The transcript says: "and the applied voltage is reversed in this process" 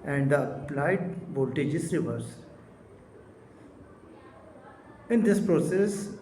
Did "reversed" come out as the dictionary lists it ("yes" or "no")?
no